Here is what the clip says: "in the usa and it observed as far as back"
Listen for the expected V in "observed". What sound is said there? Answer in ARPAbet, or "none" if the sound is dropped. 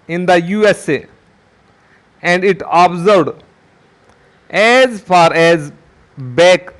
none